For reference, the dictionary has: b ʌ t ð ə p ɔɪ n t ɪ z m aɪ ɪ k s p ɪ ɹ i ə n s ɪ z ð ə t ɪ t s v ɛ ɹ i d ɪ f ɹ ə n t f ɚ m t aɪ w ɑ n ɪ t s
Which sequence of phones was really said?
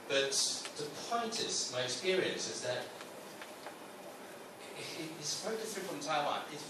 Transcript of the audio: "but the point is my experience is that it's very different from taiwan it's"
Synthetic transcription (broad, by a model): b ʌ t ð ə p ɔɪ n t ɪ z m aɪ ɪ k s p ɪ ɹ i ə n s ɪ z ð ə t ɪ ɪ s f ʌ i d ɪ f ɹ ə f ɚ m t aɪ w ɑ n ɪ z